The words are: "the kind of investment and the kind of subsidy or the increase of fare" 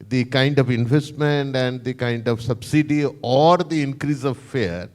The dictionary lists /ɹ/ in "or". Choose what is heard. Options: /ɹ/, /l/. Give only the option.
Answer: /ɹ/